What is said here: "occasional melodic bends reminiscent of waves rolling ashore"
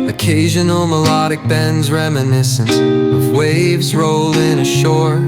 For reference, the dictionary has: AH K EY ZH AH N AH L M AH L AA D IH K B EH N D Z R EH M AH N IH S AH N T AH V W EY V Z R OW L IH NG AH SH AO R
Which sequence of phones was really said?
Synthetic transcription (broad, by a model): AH K EY ZH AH N L M AH L AA D IH K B EH N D Z R EH M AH N IH S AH N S AH V W EY V Z R OW L IH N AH SH AO R